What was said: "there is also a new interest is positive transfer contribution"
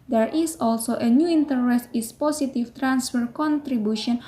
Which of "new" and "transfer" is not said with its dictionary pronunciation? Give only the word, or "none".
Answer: none